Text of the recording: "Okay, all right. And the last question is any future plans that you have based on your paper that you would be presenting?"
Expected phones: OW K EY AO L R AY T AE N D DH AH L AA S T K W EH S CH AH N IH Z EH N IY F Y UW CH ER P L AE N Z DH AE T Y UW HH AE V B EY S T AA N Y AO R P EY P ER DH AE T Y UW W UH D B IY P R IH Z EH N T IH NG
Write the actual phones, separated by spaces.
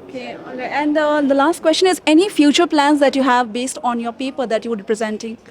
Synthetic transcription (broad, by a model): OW K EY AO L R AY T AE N D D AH L AA S T K W EH S CH AH N IH Z EH N IY F Y UW CH ER P L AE N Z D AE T Y UW HH AE V B EY S T AA N Y AO R P EY P ER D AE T Y UW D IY P R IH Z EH N T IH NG